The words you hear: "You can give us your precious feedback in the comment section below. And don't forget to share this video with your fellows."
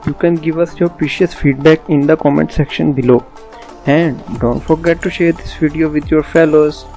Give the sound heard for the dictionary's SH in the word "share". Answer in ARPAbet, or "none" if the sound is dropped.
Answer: SH